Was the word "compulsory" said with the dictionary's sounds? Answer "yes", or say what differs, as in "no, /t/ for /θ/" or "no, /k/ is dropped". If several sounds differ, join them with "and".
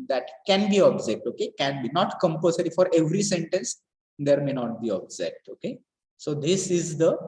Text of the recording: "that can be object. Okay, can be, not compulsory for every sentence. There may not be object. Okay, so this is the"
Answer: no, /l/ is dropped